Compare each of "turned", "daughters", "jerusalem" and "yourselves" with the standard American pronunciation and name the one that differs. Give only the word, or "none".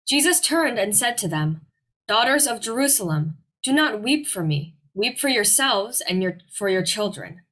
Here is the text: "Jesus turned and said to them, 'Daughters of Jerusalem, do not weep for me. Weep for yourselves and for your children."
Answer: none